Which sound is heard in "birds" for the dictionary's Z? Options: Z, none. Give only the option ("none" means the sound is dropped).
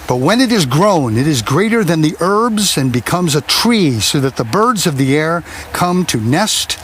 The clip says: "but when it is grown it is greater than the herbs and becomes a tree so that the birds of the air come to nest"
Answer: Z